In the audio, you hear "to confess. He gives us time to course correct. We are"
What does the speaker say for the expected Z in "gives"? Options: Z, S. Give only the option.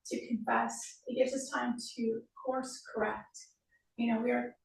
Z